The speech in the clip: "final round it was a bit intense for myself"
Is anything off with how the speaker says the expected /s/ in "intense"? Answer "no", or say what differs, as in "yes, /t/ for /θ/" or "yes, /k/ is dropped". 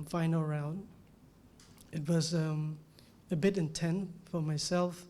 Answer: yes, /s/ is dropped